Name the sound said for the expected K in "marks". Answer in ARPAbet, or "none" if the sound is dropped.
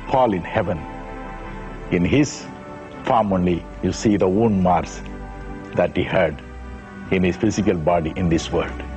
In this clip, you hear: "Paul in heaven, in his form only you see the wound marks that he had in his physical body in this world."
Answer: none